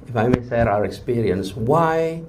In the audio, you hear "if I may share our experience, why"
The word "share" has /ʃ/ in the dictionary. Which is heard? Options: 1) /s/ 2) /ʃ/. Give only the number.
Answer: 1